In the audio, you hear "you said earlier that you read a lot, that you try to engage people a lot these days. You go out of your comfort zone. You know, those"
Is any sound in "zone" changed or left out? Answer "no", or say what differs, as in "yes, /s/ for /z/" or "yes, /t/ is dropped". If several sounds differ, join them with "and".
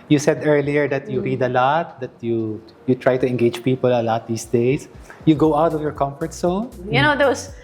yes, /s/ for /z/